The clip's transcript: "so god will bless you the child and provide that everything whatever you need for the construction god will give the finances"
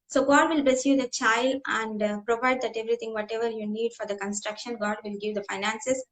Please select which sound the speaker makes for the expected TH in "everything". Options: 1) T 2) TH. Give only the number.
1